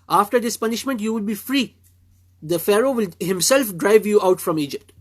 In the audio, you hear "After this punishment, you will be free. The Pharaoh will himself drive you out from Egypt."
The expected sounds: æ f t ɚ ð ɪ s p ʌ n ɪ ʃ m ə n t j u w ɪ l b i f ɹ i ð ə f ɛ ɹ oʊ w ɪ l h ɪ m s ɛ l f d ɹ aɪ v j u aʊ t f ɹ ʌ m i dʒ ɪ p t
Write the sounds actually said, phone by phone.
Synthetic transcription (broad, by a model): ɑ f t ɚ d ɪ s p ʌ n ɪ ʃ m ə n t j u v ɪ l b i f ɹ i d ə f ɛ ɹ oʊ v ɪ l h ɪ m s ɛ l f d ɹ aɪ v j u aʊ t f ɹ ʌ m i dʒ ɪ p t